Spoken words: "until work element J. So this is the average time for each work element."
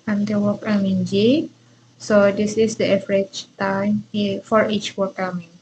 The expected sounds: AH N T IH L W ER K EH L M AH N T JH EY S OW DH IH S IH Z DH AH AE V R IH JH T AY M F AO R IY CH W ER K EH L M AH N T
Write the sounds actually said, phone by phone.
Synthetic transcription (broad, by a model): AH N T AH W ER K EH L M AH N JH EY S OW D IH S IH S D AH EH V R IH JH T AY M F AO R IY CH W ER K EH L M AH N